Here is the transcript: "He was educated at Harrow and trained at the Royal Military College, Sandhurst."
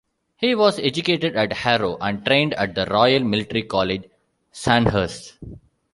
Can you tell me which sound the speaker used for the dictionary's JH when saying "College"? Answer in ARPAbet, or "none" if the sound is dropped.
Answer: JH